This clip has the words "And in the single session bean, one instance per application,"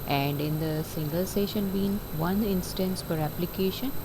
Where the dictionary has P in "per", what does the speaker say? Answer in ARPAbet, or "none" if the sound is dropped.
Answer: F